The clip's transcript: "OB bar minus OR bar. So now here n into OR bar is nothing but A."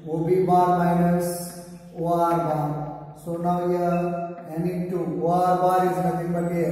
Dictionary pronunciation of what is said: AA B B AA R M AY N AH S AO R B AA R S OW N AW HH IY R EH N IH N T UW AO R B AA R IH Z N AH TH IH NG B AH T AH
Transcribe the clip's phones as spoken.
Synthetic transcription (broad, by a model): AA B B AA R M AY N AH S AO R B AA R S OW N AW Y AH EH N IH T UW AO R B AA R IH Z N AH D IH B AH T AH